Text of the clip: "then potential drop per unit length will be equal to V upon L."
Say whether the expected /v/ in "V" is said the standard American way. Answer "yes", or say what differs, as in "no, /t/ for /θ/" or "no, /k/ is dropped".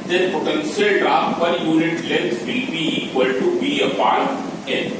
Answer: no, /b/ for /v/